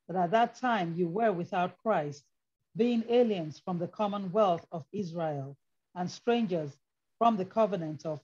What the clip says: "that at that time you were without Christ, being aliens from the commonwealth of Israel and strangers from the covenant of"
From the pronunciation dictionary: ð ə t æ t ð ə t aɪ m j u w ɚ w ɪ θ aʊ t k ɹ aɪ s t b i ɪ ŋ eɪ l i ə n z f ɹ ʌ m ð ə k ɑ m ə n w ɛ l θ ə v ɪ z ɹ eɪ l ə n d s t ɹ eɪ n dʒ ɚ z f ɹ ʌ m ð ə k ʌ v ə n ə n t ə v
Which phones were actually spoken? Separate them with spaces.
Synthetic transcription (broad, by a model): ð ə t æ t ð ə t aɪ m j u w ɚ w ɪ θ aʊ t k ɹ aɪ s t b i ɪ ŋ eɪ l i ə n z f ɹ ʌ m ð ə k ɑ m ə n w ɛ l θ ə v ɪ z ɹ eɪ l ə n s t ɹ eɪ n dʒ ɚ z f ɹ ʌ m ð ə k ʌ v ə n ə n t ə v